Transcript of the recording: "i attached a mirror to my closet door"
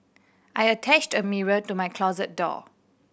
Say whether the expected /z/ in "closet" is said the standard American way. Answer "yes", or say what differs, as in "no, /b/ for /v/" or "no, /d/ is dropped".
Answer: yes